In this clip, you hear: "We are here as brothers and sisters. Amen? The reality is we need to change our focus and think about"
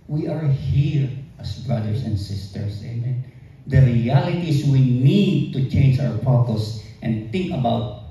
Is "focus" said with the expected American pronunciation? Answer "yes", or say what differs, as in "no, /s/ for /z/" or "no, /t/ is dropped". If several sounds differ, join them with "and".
no, /p/ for /f/